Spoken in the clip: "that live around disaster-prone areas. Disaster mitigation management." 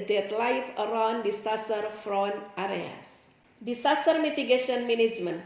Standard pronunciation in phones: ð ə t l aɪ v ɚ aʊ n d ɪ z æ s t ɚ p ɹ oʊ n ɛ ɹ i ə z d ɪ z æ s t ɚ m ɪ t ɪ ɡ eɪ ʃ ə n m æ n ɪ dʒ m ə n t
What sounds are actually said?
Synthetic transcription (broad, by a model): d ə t l aɪ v ɚ aʊ n d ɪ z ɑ s t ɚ f ɹ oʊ n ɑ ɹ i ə s d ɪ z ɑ s t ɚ m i t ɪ ɡ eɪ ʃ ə n m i n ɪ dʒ m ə n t